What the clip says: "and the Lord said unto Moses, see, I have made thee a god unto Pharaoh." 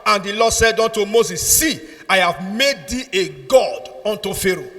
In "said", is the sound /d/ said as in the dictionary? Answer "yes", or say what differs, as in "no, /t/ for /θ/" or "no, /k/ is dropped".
yes